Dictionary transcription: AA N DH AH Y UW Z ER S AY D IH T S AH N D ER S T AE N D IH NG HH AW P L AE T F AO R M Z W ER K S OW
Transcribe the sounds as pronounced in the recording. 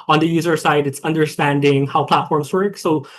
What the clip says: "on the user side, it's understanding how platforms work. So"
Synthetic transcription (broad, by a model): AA N DH AH Y UW Z ER S AY D IH T S AH N D ER S T AE N D IH NG HH AW P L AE T F AO R M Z W ER K S OW